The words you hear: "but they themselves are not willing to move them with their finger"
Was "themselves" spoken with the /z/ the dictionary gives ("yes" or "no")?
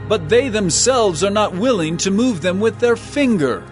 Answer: yes